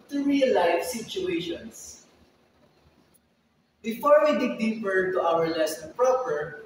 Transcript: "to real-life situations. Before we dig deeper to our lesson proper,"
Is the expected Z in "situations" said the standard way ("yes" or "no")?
no